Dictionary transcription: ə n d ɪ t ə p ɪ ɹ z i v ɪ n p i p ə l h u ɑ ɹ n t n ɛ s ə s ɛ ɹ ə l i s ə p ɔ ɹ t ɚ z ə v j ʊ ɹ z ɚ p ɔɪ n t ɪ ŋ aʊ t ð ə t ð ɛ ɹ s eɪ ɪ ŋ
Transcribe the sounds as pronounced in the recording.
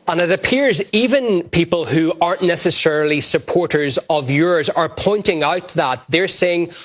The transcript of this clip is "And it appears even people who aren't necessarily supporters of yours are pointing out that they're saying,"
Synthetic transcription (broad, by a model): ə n ɪ t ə p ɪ ɹ z i v ɪ n p i p ə l h u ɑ ɹ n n ɛ s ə s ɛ ɹ l i s ə p ɔ ɹ t ɚ z ə v j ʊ ɹ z ɚ p ɔɪ n t ɪ ŋ aʊ t ð ə t ð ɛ ɹ s eɪ ɪ ŋ